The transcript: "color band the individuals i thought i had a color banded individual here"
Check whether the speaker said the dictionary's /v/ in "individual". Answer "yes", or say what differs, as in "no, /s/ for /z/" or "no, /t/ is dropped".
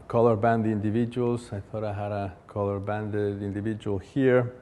yes